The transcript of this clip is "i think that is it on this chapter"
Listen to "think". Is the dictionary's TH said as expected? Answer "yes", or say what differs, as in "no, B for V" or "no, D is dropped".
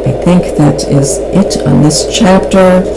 yes